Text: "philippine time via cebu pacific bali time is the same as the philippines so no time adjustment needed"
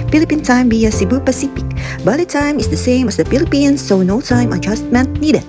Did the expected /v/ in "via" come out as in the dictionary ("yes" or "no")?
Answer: no